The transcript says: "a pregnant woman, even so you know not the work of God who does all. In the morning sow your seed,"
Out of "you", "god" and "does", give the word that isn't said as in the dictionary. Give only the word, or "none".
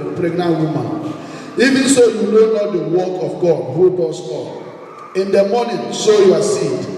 does